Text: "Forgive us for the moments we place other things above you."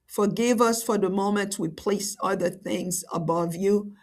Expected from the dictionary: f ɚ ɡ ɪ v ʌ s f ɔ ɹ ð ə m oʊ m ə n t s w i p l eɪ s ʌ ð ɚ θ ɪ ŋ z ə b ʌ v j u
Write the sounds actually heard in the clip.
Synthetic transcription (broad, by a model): f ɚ ɡ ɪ v ʌ s f ɔ ɹ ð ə m oʊ m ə n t w i p l eɪ s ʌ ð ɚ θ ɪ ŋ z ə b ʌ v j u